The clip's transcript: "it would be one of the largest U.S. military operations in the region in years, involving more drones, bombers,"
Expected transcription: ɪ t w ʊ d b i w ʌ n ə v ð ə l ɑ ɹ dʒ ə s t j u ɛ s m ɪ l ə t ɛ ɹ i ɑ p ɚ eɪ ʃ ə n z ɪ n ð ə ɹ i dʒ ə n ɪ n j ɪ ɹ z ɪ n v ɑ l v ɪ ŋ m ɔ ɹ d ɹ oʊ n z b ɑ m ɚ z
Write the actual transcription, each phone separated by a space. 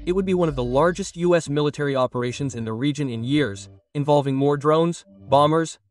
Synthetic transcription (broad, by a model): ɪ t w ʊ d b i w ʌ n ə v ð ə l ɑ ɹ dʒ ə s t j u ɛ s m ɪ l ə t ɛ ɹ i ɑ p ɚ eɪ ʃ ə n z ɪ n ð ə ɹ i dʒ ə n ɪ n j ɪ ɹ z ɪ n v ɑ l v ɪ ŋ m ɔ ɹ d ɹ oʊ n z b ɑ m ɚ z